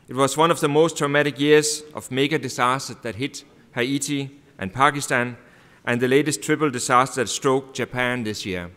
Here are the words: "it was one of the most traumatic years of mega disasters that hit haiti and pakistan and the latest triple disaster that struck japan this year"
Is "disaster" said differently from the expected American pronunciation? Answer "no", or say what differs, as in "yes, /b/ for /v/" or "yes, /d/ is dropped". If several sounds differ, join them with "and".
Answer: yes, /s/ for /z/